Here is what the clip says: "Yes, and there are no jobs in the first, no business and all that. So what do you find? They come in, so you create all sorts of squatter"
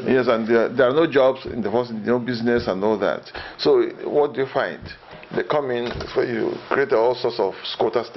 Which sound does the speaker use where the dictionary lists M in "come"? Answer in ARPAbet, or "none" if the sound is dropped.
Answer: M